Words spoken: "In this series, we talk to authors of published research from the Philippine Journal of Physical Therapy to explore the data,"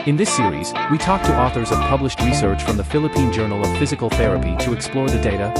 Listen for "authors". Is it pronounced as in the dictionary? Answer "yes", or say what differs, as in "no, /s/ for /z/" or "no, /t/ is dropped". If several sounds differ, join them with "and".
yes